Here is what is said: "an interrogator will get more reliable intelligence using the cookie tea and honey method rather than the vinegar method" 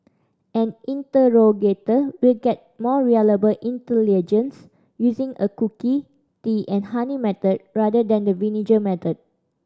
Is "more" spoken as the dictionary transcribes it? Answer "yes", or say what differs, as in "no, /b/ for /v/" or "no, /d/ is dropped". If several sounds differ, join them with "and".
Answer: yes